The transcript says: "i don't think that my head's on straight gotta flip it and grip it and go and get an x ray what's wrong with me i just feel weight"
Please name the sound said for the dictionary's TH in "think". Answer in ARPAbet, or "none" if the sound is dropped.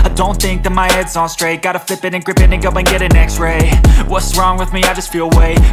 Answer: TH